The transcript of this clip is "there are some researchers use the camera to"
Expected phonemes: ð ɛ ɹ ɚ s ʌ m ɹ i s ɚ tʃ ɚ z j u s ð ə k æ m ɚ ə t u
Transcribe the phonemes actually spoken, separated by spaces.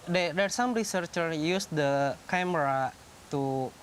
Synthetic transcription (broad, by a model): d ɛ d ɚ s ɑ m ɹ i s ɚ tʃ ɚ j u s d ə k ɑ m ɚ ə t u